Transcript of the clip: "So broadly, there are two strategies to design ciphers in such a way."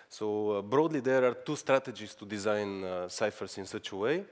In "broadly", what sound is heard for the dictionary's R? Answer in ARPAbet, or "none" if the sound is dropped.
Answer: R